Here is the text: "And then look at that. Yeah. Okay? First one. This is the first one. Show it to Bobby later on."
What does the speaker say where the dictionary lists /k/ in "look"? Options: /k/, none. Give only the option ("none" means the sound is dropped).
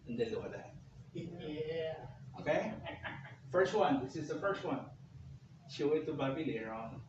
none